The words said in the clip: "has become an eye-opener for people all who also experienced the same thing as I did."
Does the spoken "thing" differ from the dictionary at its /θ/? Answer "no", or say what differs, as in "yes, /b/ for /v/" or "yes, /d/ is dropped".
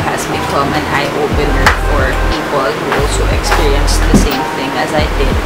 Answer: no